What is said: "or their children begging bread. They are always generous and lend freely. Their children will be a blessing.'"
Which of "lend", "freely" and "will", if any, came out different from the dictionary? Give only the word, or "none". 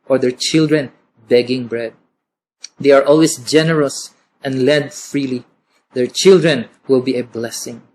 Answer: lend